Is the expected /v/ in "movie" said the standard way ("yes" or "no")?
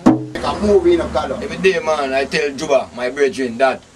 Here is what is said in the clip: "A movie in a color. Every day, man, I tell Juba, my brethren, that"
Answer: no